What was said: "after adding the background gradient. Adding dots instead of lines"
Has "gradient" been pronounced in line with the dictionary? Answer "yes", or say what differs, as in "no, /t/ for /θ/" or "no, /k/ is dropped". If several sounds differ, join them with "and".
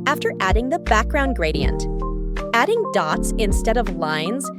yes